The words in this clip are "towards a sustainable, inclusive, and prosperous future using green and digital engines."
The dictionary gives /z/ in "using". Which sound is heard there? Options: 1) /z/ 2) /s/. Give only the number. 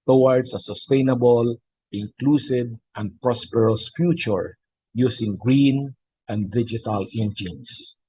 2